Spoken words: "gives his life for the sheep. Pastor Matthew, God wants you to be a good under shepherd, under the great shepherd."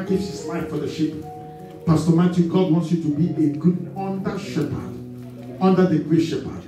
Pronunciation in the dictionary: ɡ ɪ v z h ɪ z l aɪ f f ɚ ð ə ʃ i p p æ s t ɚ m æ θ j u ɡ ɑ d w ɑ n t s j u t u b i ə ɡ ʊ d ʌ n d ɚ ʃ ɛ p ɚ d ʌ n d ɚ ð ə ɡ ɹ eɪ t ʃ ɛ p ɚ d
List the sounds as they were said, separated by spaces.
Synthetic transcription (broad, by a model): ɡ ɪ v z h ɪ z l aɪ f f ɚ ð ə ʃ i p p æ s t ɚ m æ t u ɡ ɑ d w ɑ n t s j u t u b i ə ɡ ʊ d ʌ n d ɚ ʃ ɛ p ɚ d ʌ n d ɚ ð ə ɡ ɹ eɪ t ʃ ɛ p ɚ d